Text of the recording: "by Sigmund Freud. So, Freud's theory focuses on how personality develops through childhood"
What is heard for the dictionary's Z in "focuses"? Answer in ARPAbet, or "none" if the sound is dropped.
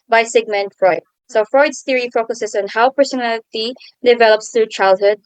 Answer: S